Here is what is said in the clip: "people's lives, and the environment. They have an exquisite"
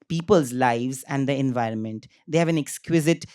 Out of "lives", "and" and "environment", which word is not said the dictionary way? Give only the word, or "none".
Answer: none